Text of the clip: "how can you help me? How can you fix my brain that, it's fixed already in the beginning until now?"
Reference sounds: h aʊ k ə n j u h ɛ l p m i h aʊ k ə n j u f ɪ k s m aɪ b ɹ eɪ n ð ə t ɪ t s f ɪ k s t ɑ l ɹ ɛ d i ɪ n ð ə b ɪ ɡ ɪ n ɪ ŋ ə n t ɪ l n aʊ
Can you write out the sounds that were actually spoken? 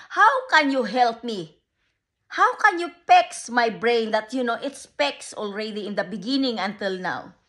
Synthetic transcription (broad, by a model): h aʊ k ə n j u h ɛ l p m i h aʊ k ə n j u p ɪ k s m aɪ b ɹ eɪ n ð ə t ɪ t s p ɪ k s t ɑ l ɹ ɛ d i ɪ n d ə b ɪ ɡ ɪ n ɪ ŋ ə n t ɪ l n aʊ